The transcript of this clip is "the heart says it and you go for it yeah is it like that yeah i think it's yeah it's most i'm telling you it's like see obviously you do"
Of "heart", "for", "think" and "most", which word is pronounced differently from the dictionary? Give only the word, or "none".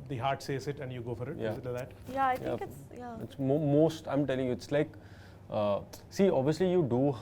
think